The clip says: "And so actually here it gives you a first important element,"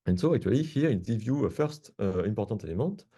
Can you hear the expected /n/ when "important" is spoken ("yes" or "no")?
no